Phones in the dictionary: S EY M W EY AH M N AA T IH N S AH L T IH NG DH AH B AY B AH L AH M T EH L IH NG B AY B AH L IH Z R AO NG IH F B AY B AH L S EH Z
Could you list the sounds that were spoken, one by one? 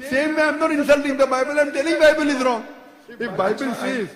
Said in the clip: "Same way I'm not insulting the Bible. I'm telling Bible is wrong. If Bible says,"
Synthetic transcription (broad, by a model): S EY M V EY AH M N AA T IH N S AH L T IH NG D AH B AY B AH L AH M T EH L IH B AY B AH L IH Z R AO NG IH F B AY B AH L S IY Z